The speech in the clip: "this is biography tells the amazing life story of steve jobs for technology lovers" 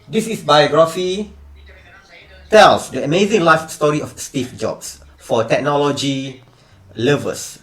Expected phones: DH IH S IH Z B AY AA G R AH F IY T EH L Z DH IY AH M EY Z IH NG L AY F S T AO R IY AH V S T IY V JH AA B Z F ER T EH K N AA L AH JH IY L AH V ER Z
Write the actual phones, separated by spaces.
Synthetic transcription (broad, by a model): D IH S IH S B AY AA G R AH F IY T EH L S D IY AH M EY Z IH NG L AY F S T AO R IY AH F S T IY F JH AA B S F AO T EH K N AA L AH JH IY L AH V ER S